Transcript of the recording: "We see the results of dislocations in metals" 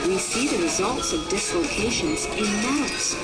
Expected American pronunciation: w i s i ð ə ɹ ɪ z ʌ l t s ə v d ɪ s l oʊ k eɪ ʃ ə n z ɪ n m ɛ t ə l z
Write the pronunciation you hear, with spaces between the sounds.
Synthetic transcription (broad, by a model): w i s i ð ə ɹ ɪ z ʌ l t s ə v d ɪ s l oʊ k eɪ ʃ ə n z ɪ n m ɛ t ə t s